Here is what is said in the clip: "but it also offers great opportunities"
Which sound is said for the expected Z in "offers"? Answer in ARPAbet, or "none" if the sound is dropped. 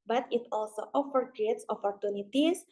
none